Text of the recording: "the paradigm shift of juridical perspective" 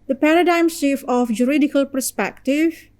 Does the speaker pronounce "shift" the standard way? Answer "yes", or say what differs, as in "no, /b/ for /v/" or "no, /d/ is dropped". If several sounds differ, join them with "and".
no, /t/ is dropped